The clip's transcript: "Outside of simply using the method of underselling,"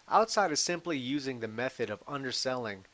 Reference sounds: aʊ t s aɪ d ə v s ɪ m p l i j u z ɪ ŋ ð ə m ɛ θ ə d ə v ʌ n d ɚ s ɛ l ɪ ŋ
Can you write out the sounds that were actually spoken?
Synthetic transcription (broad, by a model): aʊ t s aɪ d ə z s ɪ m p l i j u z ɪ ŋ ð ə m ɛ θ ə d ə v ʌ n d ɚ s ɛ l ɪ ŋ